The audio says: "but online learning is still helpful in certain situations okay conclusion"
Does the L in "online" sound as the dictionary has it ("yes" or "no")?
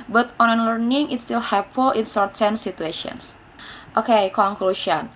no